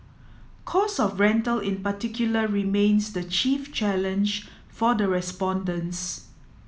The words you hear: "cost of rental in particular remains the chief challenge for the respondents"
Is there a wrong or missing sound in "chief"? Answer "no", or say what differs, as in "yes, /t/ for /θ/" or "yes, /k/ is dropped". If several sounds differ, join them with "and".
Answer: no